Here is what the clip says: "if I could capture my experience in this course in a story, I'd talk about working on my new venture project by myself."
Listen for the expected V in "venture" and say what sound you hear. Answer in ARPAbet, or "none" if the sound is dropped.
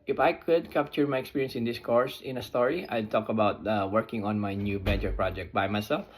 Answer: B